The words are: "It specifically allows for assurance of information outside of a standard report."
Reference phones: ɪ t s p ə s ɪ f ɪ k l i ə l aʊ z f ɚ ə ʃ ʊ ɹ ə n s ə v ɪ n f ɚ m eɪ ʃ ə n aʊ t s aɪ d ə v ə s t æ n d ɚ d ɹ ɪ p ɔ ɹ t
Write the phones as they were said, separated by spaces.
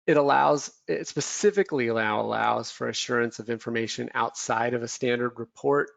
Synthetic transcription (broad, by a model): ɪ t s p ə s ɪ f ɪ k l i ə l aʊ z f ɚ ə ʃ ʊ ɹ ə n s ə v ɪ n f ɚ m eɪ ʃ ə n aʊ t s aɪ d ə v ə s t æ n d ɚ d ɹ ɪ p ɔ ɹ t